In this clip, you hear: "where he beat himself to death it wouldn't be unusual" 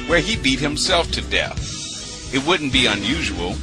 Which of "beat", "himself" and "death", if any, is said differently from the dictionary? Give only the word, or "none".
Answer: none